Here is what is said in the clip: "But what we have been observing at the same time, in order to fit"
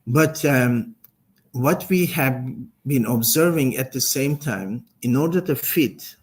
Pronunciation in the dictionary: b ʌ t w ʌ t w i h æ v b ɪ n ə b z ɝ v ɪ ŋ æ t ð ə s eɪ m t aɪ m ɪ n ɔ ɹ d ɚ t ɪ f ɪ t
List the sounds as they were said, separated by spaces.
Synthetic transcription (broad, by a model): b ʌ t w ʌ t w i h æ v b ɪ n ə b z ɝ v ɪ ŋ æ t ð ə s eɪ m t aɪ m ɪ n ɔ ɹ d ɚ t ɪ f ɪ t